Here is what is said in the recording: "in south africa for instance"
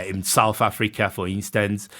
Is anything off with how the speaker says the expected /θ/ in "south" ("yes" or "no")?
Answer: no